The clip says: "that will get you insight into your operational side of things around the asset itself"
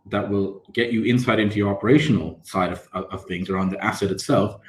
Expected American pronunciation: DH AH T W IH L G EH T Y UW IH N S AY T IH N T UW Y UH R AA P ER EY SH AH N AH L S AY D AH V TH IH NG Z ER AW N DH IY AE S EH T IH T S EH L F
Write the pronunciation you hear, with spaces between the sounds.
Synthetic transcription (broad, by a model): DH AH T W IH L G EH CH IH IH N S AY T IH N T UW Y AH R AA P ER EY SH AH N L S AY D AH V TH IH NG Z ER AW N DH IY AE S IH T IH T S EH L F